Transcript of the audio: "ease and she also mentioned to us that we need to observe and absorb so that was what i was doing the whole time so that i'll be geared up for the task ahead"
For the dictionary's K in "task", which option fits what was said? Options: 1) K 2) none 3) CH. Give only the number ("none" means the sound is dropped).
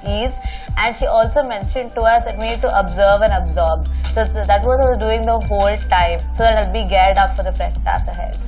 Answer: 2